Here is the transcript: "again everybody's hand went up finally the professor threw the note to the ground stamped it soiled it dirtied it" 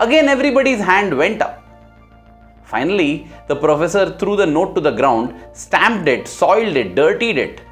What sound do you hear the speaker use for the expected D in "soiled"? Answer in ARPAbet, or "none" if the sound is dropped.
D